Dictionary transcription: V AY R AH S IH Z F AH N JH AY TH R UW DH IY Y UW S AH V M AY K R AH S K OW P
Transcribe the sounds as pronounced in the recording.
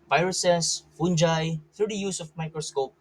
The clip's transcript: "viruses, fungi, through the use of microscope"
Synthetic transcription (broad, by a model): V AY R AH S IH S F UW N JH AY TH UW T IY Y UW S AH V M AY K R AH S K OW P